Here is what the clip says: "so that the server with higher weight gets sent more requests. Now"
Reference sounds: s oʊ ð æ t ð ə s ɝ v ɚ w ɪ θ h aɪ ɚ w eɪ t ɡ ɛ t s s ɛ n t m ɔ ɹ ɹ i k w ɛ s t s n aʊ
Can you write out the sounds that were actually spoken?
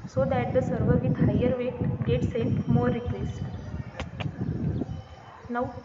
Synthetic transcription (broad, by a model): s oʊ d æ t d ə s ɝ v ɚ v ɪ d h aɪ ɚ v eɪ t ɡ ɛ t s s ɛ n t m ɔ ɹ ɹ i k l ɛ s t n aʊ